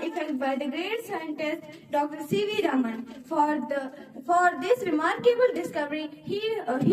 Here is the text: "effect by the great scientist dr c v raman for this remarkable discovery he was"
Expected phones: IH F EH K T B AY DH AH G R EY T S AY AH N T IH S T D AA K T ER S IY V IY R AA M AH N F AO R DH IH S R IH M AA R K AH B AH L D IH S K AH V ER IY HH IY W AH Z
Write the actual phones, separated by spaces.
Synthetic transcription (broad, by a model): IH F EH K T B AY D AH G R EY T S AY AH N T IH S T D AA K T ER S IY V IY R AA M AH N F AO R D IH S R IH M AA R K AH B AH L D IH S K AH V ER IY HH IY